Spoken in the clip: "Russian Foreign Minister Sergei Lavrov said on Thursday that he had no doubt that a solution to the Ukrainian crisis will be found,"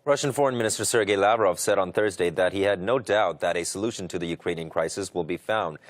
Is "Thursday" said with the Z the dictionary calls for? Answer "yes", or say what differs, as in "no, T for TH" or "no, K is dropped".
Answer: yes